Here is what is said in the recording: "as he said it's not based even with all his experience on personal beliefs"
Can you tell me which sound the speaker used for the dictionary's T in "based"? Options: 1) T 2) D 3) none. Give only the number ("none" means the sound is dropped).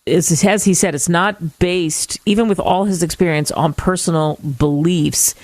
1